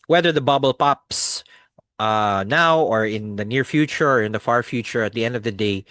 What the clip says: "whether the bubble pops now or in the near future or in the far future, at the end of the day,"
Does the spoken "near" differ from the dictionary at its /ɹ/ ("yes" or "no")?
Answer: no